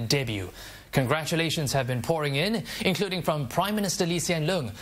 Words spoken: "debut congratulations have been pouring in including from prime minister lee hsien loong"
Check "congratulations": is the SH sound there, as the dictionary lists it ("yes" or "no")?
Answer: yes